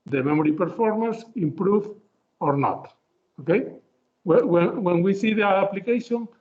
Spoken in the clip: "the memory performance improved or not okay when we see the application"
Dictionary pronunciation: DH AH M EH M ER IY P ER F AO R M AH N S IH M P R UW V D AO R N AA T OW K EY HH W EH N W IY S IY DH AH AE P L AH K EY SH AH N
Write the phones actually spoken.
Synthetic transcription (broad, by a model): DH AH M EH M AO IY P ER F AO R M AH N S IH M P R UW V AO R N AA T OW K EY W W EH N W IY S IY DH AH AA P L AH K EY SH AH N